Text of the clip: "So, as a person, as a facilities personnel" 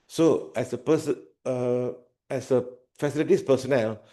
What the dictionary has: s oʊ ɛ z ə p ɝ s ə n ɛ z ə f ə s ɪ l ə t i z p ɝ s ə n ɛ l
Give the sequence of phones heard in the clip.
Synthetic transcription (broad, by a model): s oʊ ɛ s ə p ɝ s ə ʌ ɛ s ə f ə s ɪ l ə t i s p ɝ s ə n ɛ l